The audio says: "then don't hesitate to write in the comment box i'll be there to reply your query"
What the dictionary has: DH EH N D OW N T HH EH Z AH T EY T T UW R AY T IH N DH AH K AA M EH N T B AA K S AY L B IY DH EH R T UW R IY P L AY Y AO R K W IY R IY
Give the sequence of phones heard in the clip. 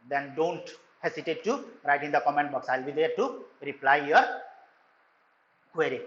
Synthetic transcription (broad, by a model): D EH N D OW N T HH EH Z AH T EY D T UW R AY T IH N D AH K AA M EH N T B AA K S AY L B IY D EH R T UW R IY P L AY Y AO R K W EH R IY